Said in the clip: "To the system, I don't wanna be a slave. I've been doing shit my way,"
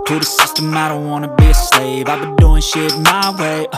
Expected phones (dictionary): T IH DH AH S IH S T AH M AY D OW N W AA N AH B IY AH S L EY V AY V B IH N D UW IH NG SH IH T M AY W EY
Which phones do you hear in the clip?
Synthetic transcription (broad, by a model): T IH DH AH S IH S T AH M AY D OW N W AA N AH B IY AH S L EY V AY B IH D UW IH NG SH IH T M AY W EY